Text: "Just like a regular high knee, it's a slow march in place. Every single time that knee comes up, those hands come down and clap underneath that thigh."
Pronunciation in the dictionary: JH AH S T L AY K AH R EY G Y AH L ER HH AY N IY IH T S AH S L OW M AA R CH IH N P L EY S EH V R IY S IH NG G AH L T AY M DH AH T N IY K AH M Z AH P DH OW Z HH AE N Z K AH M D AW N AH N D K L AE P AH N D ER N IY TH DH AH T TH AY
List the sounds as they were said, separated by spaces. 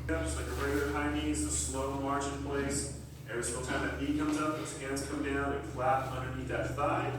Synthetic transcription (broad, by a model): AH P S L AY K AH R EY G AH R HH AY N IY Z AH S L OW M AA R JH IH N P L EY S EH R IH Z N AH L T AY M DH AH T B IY K AH M Z AH P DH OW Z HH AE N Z K AH M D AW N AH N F L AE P AH N D ER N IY T DH AH T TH AY